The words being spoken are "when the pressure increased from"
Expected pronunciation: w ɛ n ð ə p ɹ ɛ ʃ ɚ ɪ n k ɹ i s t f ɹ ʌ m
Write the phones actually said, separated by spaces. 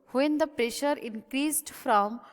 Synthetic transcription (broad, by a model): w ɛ n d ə p ɹ ɛ ʃ ɚ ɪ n k ɹ i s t f ɹ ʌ m